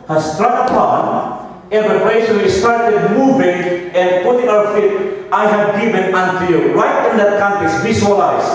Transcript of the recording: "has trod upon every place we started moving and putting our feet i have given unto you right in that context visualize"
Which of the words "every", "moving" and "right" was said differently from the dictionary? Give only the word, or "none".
every